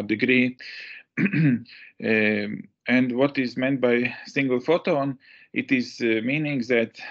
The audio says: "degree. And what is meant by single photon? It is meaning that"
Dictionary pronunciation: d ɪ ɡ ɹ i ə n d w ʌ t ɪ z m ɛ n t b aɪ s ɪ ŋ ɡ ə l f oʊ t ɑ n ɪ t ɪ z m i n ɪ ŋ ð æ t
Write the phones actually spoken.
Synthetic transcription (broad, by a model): d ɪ ɡ ɹ i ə n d w ʌ t ɪ z m ɛ n t b aɪ s ɪ ŋ ɡ ə l f oʊ t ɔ n ɪ t ɪ z m i n ɪ ŋ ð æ t